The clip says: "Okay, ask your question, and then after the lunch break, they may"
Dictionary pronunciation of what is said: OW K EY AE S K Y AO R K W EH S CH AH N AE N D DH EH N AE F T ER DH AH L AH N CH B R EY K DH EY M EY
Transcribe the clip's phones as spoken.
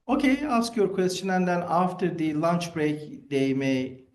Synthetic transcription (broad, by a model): OW K EY AE S K Y AO R K W EH S CH AH N AE N D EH N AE F T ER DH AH L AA N CH B R EY K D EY M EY